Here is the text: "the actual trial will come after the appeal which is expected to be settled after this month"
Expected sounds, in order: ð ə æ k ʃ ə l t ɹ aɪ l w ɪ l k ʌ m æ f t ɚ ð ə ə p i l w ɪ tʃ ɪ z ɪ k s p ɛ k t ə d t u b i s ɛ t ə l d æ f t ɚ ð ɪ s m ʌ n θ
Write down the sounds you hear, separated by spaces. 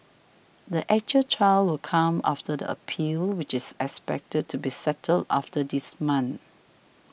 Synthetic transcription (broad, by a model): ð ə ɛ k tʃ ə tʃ aɪ l w ɪ l k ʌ m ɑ f t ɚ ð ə ə p i l w ɪ tʃ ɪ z ɪ k s p ɛ k t ə d t u b i s ɛ t ə l d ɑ f t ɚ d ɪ s m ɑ n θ